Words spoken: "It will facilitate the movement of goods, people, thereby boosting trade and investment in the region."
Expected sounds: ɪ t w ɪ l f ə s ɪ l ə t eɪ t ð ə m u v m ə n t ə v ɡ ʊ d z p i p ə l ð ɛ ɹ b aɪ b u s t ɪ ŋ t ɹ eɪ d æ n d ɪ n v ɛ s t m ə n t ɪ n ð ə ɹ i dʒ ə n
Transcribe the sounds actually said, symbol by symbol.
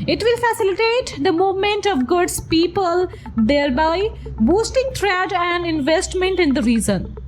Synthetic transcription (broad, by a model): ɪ t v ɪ l f ə s ɪ l ə t eɪ t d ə m u v m ə n t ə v ɡ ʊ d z p i p ə l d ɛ ɹ b aɪ b u s t ɪ ŋ t ɹ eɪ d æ n d ɪ n v ɛ s t m ə n t ɪ n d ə ɹ i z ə n